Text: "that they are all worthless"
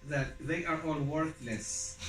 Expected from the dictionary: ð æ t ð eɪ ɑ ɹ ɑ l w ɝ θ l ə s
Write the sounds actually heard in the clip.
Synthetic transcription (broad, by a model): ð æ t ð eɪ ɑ ɹ ɑ l w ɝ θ l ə s